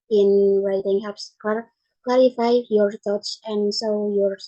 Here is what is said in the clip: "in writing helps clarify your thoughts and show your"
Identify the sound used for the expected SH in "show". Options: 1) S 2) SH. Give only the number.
1